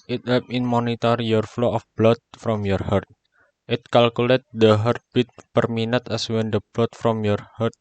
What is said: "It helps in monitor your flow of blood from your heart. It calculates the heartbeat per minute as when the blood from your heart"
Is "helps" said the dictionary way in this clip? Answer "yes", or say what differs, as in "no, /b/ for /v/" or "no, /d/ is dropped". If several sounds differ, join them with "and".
no, /l/ is dropped and /s/ is dropped